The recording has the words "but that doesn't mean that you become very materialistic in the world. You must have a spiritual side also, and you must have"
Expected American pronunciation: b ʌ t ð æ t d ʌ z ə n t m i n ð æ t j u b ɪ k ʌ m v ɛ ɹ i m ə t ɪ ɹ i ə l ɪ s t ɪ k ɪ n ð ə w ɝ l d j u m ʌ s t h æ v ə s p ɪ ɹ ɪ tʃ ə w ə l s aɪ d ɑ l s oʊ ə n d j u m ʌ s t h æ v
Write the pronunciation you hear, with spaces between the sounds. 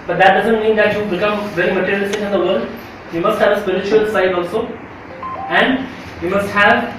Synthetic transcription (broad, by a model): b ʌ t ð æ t d ʌ z ə n t m i n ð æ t j u b ɪ k ʌ m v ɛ l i m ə t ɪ ɹ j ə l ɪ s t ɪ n ɪ n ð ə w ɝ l d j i m ʌ s t h æ v ə s p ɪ ɹ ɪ tʃ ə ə l s aɪ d ɑ l s oʊ ə n d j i m ʌ s t h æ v